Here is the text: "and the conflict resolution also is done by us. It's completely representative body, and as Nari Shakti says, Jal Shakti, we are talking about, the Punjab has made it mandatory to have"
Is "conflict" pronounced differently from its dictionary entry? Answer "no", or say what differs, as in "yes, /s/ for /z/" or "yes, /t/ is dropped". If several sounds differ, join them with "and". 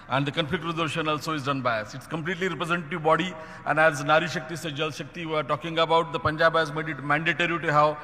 yes, /l/ is dropped